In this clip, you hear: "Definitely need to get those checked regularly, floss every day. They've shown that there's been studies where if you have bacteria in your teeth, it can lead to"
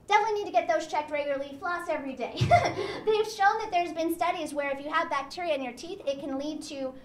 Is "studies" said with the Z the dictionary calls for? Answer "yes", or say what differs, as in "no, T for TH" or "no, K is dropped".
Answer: yes